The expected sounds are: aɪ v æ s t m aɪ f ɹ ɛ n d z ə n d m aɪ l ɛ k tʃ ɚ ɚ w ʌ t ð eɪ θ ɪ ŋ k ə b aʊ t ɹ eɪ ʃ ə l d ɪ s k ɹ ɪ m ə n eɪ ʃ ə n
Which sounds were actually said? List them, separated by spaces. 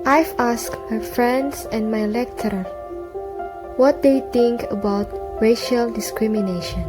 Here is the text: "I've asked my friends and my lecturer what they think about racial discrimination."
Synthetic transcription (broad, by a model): aɪ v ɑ s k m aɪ f ɹ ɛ n d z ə n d m aɪ l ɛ k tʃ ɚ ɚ w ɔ t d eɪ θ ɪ ŋ k ə b aʊ t ɹ eɪ ʃ ə l d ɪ s k ɹ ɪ m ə n eɪ ʃ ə n